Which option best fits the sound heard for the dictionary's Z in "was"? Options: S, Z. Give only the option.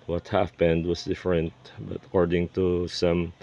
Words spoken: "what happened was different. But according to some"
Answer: S